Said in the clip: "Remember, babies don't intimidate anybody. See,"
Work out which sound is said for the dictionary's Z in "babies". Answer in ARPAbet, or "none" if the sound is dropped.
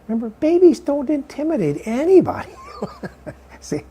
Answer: Z